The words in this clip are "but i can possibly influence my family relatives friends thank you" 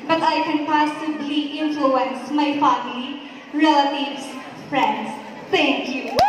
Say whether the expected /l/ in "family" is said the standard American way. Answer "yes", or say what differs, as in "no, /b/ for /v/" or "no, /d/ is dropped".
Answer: no, /l/ is dropped